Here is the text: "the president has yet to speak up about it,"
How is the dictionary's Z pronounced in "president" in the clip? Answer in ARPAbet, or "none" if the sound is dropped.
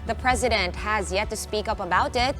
Z